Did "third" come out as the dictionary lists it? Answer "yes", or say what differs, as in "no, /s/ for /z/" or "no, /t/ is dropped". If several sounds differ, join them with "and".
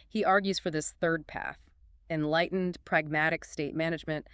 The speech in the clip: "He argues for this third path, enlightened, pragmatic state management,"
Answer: yes